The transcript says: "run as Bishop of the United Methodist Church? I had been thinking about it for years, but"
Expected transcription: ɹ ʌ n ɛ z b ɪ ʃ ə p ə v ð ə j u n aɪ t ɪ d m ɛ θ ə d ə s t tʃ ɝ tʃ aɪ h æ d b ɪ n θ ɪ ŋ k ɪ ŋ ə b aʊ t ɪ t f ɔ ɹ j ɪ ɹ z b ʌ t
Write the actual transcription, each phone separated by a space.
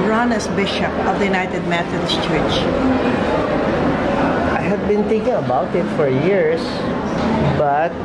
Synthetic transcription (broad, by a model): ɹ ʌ n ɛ s b ɪ ʃ ə p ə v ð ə j u n aɪ t ɪ d m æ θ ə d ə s tʃ ɝ tʃ aɪ h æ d b ɪ n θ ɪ ŋ k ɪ ŋ ə b aʊ t ɪ t f ɔ ɹ j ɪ ɹ s b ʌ t